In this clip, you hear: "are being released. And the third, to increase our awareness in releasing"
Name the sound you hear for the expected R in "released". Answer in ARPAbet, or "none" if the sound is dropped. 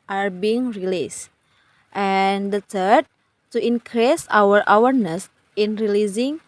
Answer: R